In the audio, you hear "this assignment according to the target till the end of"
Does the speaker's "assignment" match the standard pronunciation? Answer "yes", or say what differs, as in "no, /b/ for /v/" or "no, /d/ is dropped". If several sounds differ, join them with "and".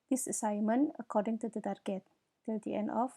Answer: no, /t/ is dropped